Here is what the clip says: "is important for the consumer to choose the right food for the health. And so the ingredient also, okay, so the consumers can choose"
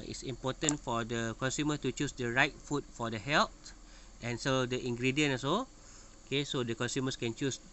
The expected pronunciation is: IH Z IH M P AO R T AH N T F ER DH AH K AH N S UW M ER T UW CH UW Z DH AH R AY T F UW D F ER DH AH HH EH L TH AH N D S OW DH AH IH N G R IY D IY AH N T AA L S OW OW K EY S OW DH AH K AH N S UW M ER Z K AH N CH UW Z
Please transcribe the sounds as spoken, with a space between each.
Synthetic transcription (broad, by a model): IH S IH M P AO T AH N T F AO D AH K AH N S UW M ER T UW CH UW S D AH R AY T F UW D F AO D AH HH EH L T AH N S OW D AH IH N G R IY D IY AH N AA S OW OW K EY S OW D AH K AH N S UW M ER S K AH N CH UW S